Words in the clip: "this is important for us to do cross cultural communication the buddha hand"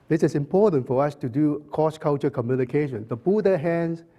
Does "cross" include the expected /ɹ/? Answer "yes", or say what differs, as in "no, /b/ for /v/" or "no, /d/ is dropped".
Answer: no, /ɹ/ is dropped